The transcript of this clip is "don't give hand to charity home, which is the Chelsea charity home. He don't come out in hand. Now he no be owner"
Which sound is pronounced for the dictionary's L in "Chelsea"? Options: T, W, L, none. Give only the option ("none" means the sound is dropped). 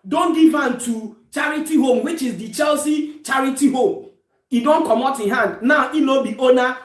L